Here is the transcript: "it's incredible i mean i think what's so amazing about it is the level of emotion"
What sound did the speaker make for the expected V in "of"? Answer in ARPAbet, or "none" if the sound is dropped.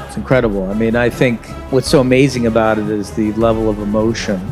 V